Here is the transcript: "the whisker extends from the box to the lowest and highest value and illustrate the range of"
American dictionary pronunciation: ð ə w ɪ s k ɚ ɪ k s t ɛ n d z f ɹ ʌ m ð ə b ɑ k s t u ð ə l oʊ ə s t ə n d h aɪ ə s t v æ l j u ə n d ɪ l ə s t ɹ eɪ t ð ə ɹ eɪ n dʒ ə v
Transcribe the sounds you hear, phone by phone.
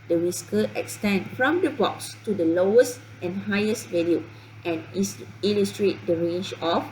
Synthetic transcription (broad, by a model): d ə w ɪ s k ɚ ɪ k s t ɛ n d f ɹ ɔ m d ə b ɑ k s t u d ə l oʊ ə s t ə n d h aɪ ə s t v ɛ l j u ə n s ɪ l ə s t ɹ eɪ t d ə ɹ eɪ n dʒ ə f